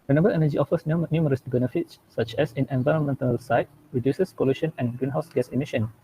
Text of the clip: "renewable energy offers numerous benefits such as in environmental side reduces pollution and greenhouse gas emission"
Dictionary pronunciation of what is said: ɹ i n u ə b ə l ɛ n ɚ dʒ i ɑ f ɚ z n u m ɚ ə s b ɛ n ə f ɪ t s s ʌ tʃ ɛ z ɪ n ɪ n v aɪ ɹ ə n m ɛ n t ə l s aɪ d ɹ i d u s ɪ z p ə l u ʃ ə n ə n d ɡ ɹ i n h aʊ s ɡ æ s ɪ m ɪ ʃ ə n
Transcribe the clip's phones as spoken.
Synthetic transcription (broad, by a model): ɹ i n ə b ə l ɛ n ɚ dʒ i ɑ f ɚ s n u m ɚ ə s b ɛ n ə f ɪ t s s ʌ tʃ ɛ s ɪ n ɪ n v aɪ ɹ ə n m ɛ n t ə l s aɪ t ɹ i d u s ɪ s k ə l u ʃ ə n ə n ɡ ɹ i n h aʊ s ɡ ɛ s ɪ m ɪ ʃ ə n